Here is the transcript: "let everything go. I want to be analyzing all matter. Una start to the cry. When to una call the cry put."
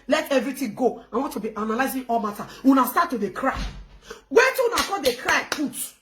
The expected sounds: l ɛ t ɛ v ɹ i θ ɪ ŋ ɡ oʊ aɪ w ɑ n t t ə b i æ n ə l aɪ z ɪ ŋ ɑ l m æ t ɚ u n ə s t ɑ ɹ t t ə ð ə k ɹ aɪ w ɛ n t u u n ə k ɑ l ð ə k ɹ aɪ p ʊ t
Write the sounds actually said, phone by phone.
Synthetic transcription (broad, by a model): l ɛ t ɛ v ɹ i t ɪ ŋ ɡ oʊ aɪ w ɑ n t t ə b i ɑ n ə l aɪ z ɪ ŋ ɑ l m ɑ t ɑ u n ə s t ɑ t t ə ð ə k ɹ aɪ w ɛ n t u u n ə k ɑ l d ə k ɹ aɪ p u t